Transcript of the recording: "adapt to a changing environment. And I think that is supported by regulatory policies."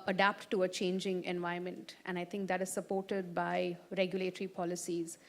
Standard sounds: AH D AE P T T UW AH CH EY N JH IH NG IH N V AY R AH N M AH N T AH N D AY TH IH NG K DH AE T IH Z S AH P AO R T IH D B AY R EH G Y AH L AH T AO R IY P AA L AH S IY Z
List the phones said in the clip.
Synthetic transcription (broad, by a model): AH D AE P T T UW AH CH EY N JH IH NG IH N V AY AH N M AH N T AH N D AY T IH NG K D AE T IH Z S AH P AO R T IH D B AY R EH G Y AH L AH T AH R IY P AA L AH S IY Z